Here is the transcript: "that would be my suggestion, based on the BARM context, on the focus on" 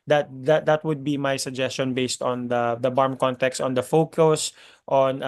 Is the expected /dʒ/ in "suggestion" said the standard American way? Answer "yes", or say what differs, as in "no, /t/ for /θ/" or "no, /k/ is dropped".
yes